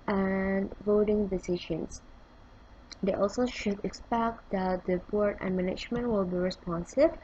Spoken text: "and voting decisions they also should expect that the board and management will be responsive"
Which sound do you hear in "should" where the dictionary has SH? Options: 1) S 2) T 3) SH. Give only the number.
3